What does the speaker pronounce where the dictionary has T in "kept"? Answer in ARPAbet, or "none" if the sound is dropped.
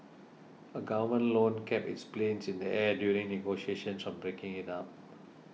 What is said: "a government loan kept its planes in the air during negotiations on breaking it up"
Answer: none